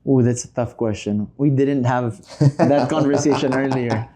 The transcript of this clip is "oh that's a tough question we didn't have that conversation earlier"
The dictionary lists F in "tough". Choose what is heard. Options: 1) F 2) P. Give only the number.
1